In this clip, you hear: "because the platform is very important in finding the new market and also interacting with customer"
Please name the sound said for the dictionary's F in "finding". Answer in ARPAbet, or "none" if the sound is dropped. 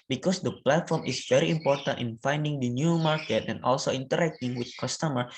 F